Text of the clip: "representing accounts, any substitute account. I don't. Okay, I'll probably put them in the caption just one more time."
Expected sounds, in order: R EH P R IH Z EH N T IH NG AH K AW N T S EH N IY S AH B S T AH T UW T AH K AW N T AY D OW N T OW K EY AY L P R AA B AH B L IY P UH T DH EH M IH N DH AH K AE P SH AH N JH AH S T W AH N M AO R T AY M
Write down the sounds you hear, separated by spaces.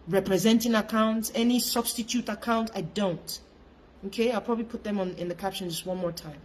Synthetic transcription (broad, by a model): R EH P R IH Z EH N T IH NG AH K AW N T S EH N IY S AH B S T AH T UW T AH K AW N T AY D OW N T OW K EY AY L P R AA B AH B L IY P UH T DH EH M IH N DH AH K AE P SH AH N JH AH S T W AH N M AO R T AY M